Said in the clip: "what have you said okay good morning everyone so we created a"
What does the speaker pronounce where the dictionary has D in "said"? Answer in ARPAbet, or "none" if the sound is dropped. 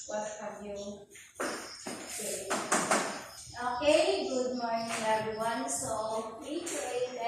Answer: none